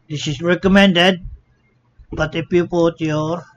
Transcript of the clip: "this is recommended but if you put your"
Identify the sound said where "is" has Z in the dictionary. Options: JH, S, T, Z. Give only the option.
S